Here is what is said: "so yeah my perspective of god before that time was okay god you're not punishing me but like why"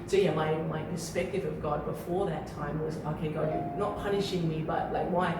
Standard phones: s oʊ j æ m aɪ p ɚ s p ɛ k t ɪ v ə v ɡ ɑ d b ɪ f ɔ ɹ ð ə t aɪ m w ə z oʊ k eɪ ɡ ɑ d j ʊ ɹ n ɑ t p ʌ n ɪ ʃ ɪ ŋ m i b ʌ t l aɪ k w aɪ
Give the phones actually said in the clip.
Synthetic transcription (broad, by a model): s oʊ j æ m aɪ p ɚ s p ɛ k t ɪ v ə v ɡ ɑ d b ɪ f ɔ ɹ ð ə t aɪ m w ə z oʊ k eɪ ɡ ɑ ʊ n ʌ t p ʌ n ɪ ʃ ɪ ŋ m i b ʌ t l aɪ k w aɪ